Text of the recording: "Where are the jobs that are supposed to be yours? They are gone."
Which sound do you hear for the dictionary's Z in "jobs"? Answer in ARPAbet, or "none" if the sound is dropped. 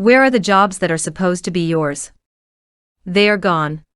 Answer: Z